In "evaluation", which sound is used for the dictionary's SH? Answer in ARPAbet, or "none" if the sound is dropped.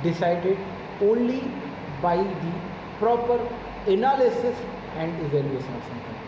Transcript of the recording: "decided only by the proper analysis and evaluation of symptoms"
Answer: S